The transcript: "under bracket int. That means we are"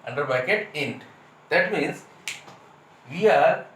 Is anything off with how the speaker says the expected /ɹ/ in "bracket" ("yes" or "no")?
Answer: yes